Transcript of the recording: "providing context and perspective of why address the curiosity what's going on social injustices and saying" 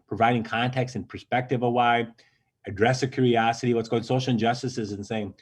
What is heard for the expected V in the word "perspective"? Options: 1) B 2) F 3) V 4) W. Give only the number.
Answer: 3